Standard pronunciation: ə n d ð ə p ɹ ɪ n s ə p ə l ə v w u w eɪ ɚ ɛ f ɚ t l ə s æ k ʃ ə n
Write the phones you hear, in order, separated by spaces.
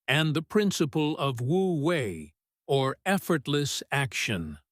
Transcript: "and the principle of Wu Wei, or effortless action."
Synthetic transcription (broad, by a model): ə n ð ə p ɹ ɪ n s ə p ə l ə v w u w eɪ ɚ ɛ f ɚ t l ə s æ k ʃ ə n